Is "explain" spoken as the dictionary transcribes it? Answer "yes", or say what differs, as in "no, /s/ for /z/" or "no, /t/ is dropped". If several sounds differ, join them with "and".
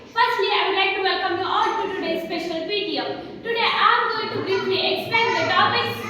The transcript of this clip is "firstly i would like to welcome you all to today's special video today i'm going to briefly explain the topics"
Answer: no, /l/ is dropped